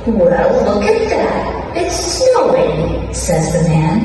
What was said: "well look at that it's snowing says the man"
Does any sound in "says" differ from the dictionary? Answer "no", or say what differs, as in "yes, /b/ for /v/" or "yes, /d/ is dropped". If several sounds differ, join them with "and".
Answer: no